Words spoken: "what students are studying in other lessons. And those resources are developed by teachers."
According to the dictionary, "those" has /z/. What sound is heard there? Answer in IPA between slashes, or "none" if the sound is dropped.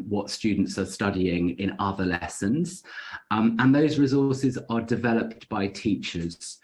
/z/